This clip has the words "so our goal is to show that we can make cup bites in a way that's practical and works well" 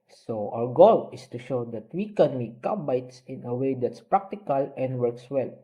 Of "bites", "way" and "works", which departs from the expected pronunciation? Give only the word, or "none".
none